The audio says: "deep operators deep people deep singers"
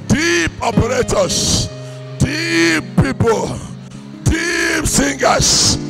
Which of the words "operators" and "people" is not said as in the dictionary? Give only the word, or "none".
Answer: operators